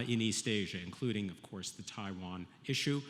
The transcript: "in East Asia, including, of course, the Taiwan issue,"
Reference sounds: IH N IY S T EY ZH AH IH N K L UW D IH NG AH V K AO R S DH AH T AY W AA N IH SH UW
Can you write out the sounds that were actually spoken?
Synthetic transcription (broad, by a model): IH N IY S T EY ZH AH IH N K L UW D IH NG AH V K AO R S DH AH T AY W AA N IH SH UW